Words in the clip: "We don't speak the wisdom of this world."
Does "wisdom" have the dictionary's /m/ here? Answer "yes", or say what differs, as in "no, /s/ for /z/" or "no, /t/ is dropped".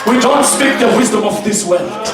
yes